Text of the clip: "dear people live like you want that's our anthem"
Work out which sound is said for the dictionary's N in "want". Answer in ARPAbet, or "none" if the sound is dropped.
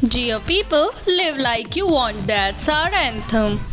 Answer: N